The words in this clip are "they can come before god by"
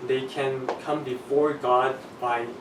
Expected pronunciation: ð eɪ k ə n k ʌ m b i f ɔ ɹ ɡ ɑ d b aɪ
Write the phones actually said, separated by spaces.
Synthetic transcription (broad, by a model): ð eɪ k ə n k ʌ m b i f ɔ ɹ ɡ ɑ d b aɪ